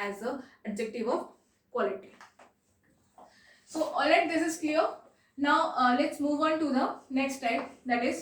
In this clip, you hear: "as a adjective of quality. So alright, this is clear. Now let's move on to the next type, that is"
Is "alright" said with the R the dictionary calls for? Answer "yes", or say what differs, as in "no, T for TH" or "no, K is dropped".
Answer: no, R is dropped